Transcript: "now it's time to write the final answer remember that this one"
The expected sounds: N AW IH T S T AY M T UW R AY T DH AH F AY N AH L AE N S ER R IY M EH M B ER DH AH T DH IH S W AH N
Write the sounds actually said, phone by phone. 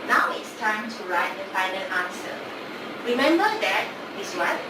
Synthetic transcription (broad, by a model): N AW IH T S T AY M T UW R AY T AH P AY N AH N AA N S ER R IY M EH M B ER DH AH T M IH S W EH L